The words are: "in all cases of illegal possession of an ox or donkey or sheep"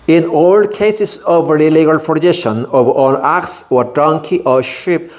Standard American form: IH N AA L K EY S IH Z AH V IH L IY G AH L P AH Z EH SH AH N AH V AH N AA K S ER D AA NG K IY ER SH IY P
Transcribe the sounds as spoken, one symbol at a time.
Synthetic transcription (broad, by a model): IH N AA L K EY S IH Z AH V IH L IY G AH L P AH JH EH SH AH N AH V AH L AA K S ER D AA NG K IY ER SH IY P